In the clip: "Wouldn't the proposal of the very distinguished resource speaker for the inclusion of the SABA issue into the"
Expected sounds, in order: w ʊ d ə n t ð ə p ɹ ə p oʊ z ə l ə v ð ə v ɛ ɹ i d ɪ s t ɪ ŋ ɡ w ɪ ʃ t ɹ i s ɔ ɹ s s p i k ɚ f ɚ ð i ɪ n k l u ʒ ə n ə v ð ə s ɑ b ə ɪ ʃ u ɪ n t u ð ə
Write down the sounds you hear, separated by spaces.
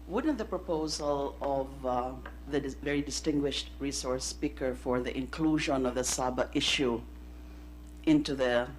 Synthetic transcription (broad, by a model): w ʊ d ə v ð ə p ɹ ə p oʊ z ə l ə v ð ə v ɛ ɹ i d ɪ s t ɪ ŋ ɡ w ɪ ʃ t ɹ i s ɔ ɹ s s p i k ɚ f ɚ ð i ɪ n k l u ʒ ə n ə v ð ə s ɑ b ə ɪ ʃ u ɪ n t u ð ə